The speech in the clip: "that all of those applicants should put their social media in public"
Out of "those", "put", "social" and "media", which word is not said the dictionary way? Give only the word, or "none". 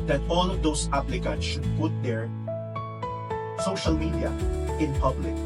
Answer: those